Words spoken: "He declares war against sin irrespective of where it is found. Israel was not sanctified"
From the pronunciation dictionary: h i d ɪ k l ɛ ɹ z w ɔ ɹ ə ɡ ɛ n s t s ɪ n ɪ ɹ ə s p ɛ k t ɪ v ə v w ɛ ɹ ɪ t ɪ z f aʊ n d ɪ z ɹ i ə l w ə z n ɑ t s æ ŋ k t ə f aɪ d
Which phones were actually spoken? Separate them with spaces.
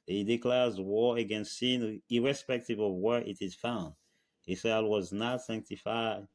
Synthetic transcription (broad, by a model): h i d ɪ k l ɛ ɹ z w ɔ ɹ ə ɡ ɛ n s t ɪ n ɪ ɹ ə s p ɛ k t ɪ v ə v w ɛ ɹ ɪ t ɪ z f aʊ n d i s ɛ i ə w ə z n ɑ t s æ ŋ k t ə f aɪ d